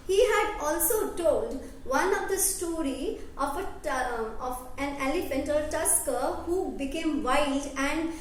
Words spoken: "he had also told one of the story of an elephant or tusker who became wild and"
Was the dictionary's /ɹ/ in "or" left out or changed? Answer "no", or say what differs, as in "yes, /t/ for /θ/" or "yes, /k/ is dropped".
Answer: yes, /l/ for /ɹ/